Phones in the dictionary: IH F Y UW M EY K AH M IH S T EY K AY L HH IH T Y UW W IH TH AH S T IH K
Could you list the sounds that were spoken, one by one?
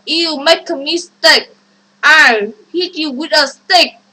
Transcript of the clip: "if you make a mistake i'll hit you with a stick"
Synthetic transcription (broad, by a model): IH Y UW M EY K AH M IH S T EY K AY N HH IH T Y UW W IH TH AH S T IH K